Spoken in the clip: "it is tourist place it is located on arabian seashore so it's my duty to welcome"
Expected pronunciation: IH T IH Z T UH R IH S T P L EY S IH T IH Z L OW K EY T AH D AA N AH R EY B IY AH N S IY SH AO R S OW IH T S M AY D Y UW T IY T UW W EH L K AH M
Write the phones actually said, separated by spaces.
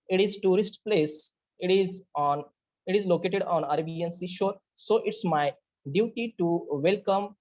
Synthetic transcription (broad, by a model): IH T IH Z T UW R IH S T P L EY S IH T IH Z L OW K EY T AH D AA N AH R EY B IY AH N S IY SH AO R S OW IH T S M AY D Y UW T IY T UW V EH L K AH M